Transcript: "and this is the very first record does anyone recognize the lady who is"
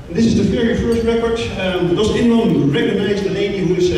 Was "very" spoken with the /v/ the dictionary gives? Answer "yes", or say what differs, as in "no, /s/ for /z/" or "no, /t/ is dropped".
no, /f/ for /v/